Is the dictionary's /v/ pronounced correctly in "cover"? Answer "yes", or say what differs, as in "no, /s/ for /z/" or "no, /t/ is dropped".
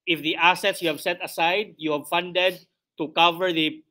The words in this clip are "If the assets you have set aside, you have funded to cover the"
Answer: yes